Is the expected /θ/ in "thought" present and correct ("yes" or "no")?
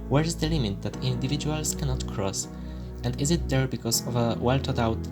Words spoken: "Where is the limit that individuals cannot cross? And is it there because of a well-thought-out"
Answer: no